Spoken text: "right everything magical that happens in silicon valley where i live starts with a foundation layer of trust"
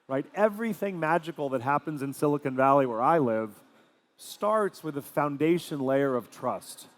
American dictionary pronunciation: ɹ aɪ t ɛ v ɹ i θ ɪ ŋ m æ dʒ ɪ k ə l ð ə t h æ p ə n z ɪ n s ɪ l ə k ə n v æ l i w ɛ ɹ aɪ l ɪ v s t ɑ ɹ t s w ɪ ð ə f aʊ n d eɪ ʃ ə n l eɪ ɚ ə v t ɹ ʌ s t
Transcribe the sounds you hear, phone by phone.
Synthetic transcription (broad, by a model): ɹ aɪ t ɛ v ɹ i θ ɪ ŋ m æ dʒ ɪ k l ð ə t h æ p ə n z ɪ n s ɪ l ə k ə n v æ l i w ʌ ɹ aɪ l ɪ v s t ɑ ɹ t s w ɪ ð ə f aʊ n d eɪ ʃ ə n l eɪ ɚ ə v t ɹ ʌ s t